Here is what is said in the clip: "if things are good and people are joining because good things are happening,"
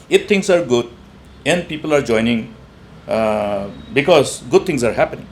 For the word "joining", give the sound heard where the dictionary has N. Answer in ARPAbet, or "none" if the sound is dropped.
N